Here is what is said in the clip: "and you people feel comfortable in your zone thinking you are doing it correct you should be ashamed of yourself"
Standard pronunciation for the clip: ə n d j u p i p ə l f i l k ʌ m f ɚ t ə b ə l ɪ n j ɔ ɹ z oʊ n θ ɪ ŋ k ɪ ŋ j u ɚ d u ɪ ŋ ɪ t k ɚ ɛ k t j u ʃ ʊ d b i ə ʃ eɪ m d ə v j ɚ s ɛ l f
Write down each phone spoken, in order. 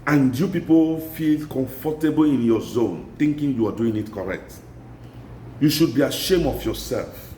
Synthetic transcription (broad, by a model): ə n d j u p i p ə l f i l k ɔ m f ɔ t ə b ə l ɪ n j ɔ z oʊ n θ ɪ ŋ k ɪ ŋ j u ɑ d u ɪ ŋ ɪ t k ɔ ɛ k t j u ʃ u d b i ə ʃ eɪ m ə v j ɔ s ɛ l f